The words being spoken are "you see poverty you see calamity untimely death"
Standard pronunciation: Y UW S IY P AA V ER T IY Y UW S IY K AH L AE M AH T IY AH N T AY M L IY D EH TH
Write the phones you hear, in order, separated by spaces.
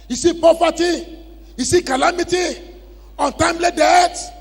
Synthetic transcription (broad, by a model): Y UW S IY P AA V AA T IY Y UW S IY K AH L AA M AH T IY AH N T AY M L IY D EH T